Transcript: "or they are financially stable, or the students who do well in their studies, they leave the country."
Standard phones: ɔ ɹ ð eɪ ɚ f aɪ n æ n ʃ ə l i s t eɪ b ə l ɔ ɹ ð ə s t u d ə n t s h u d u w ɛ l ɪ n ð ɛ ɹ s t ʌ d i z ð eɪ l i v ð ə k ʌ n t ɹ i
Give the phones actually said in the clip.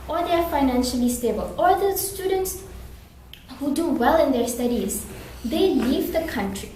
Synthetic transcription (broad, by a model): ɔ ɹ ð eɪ ɚ f aɪ n æ n ʃ ə l i s t eɪ b ə l ɔ ɹ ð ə s t u d ə n t s h u d u w ɛ l ɪ n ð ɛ ɹ s t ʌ d i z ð eɪ l i v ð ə k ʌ n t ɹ i